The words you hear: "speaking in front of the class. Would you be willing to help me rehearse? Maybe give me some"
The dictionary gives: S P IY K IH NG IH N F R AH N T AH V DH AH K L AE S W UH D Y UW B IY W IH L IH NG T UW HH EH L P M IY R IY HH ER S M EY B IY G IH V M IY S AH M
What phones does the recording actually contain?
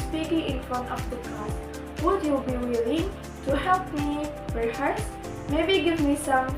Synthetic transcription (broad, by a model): S P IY K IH NG IH N F R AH N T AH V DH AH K AA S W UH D Y UW B IY W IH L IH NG T UW HH EH L P M IY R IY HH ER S M EY B IY G IH V M IY S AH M